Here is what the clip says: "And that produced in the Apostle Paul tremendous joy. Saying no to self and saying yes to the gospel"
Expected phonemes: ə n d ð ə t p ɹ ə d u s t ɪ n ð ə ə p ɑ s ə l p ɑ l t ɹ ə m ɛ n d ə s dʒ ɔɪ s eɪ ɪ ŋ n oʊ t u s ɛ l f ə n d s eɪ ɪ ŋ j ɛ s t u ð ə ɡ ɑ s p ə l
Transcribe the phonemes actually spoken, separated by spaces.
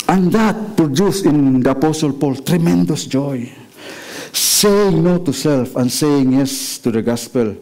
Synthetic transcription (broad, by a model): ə n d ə t p ɹ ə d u s ɪ n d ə ə p ɑ s ə l p ɑ l t ɹ ə m ɛ n d ə s dʒ ɔɪ s eɪ ɪ ŋ n oʊ t u s ɛ l f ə n s eɪ ɪ ŋ j ɛ s t u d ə ɡ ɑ s p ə l